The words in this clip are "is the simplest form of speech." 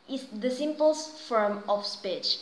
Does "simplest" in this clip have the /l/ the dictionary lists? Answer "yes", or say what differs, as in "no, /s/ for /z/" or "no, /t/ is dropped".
no, /l/ is dropped